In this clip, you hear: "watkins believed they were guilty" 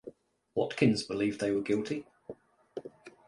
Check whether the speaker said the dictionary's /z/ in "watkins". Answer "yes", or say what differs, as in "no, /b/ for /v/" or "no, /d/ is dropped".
yes